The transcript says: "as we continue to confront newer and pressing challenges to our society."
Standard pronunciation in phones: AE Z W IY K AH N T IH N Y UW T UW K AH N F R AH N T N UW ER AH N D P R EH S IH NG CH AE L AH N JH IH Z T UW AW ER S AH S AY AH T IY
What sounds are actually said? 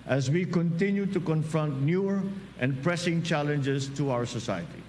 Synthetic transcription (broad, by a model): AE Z W IY K AH N T IH N Y UW T UW K AH N F R AH N T N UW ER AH N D P R EH S IH NG CH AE L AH N JH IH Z T UW AW ER S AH S AY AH T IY